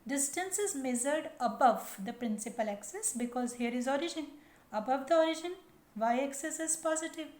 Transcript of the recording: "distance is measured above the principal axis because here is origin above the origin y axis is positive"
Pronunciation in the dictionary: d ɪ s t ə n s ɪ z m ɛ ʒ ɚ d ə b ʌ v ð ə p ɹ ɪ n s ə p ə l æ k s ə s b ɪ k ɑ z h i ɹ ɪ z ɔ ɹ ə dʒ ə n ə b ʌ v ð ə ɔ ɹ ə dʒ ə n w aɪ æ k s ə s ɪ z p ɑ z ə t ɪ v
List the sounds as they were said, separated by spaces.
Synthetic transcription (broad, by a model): d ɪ s t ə n s ɪ z m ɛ z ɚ d ə b ʌ v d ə p ɹ ɪ n s ə p ə l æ k s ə s b ɪ k ɑ z h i ɹ ɪ z ɔ ɹ ə dʒ ə n ə b ʌ v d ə ɔ ɹ ə dʒ ə n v aɪ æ k s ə s ɪ z p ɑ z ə t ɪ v